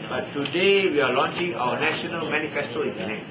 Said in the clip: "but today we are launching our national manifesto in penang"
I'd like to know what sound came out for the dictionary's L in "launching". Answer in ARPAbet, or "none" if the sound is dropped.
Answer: L